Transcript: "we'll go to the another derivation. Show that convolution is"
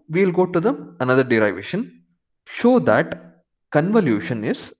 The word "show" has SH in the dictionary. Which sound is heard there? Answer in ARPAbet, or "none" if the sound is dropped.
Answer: SH